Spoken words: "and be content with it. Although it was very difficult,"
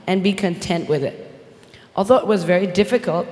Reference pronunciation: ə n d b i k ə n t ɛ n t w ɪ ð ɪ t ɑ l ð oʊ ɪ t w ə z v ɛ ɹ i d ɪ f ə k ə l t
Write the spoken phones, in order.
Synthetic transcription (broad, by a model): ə n b i k ə n t ɛ n t w ɪ ð ɪ t ɑ l ð oʊ ɪ t w ə z v ɛ ɹ i d ɪ f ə k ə l t